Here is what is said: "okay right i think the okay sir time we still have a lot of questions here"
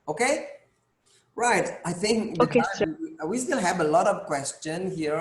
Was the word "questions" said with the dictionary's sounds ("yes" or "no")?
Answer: no